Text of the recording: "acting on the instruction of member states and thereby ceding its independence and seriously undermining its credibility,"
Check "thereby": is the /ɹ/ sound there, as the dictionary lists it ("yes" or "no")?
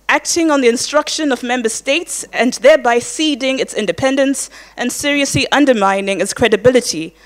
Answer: yes